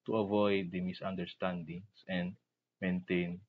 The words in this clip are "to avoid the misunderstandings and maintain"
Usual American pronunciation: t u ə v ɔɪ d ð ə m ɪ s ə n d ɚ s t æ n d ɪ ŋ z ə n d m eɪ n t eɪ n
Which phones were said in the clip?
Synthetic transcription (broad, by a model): t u ə v ɔɪ d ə m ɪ s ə n d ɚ s t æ n d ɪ ŋ s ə n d m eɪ n t eɪ n